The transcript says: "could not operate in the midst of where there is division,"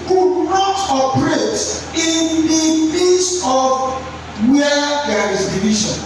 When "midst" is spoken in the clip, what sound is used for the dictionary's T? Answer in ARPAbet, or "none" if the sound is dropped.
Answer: none